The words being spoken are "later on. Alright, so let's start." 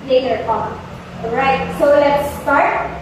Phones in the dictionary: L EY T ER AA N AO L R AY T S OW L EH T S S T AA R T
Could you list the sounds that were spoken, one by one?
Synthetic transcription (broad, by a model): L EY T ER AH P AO N R AY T S OW L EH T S S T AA R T